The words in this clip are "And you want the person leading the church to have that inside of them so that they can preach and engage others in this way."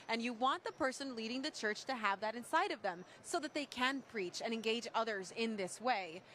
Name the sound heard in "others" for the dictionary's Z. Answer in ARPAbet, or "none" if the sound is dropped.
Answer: Z